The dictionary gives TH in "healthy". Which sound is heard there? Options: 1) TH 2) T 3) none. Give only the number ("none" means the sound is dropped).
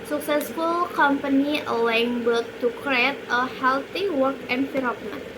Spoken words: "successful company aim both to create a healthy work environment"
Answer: 2